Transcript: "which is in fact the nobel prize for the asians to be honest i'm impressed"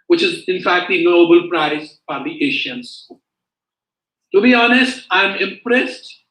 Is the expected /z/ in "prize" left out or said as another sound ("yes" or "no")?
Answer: yes